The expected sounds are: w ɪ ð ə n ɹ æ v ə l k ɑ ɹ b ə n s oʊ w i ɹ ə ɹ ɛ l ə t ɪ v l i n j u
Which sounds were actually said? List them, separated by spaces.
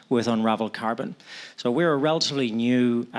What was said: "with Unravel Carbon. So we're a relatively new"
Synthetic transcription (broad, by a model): w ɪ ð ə n ɹ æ v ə l k ɑ ɹ b ə n s oʊ w i ɹ ə ɹ ɛ l ə t ɪ v l i n j u